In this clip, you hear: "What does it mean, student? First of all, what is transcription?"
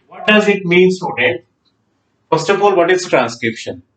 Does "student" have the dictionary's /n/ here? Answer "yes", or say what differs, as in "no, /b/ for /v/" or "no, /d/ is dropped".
no, /n/ is dropped